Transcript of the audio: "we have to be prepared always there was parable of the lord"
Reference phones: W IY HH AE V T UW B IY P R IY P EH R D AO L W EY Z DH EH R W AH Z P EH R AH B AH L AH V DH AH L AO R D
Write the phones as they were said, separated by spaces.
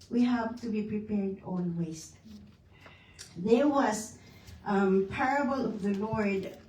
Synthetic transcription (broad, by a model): W IY HH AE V T UW B IY P R IY P EH R D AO N W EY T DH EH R W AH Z P EH R AH B AH L AH V DH AH L AO R D